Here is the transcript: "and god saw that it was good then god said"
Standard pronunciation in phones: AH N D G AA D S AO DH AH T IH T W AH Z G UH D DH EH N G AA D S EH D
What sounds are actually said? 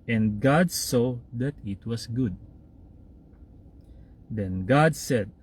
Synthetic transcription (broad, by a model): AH N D G AA D S AO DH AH T IH T W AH S G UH D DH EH N G AA D S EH D